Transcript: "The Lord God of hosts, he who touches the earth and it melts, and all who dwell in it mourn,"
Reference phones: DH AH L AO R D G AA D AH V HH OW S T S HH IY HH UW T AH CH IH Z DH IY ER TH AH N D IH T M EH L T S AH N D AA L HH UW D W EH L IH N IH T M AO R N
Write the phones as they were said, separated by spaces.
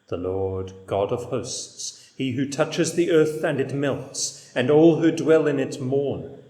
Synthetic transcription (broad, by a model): DH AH L AO R D G AA D AH V HH OW S T S HH IY HH UW T AH CH IH Z DH IY ER TH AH N IH T M EH L T S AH N AA L HH UW D W EH L IH N IH T M AO R N